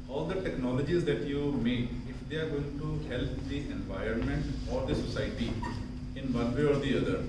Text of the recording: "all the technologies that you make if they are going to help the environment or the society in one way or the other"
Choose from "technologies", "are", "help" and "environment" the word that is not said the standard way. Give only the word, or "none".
none